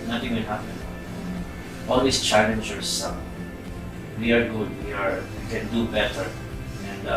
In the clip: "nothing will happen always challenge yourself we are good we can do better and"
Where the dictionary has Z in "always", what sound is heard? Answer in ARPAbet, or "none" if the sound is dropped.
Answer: S